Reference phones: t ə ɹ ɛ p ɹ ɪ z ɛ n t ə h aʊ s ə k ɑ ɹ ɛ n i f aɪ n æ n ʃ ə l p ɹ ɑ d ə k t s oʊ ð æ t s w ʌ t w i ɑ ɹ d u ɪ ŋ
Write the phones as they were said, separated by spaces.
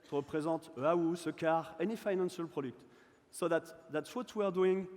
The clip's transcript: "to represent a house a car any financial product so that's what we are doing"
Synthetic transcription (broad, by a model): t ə ɹ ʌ p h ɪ z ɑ t ə aʊ s ə k ɑ ɹ ɛ n i f aɪ n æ n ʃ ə l p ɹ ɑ d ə k t s oʊ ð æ t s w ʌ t w i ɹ d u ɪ ŋ